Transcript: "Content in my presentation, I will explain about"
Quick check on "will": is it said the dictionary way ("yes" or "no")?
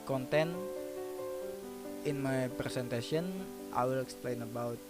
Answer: yes